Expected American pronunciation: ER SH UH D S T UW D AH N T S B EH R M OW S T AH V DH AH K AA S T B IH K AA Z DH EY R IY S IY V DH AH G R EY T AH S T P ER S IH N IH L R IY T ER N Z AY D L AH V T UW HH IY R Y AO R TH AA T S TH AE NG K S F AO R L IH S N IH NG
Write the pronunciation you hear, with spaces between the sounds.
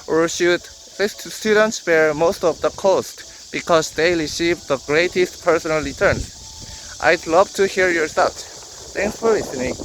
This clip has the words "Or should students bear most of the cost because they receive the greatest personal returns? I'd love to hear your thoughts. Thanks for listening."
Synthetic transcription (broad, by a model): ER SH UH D S T UW D AH N T S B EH R M OW S T AH V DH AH K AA S T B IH K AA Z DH EY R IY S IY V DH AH G R EY T AH S T P ER S IH N IH L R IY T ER N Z AY D L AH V T UW HH IY R Y AO R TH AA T TH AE NG K S F AO R L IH S N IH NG